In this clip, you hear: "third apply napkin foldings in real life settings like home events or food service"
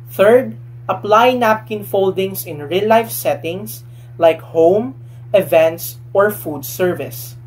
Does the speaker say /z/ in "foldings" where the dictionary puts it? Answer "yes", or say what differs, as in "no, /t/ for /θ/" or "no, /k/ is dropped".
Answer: no, /s/ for /z/